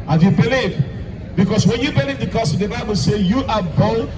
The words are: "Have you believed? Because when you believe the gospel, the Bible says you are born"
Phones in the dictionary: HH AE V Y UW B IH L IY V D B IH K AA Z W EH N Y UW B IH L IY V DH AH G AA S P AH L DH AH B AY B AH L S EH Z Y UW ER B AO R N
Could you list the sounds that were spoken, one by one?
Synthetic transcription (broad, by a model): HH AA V Y UW B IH L IY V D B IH K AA S W EH N Y UW B IH L IY V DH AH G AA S AH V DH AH B AY B AH L S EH Y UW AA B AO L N